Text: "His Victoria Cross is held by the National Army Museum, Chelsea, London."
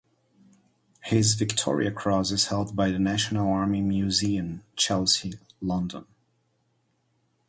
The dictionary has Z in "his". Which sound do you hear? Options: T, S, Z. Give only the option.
Z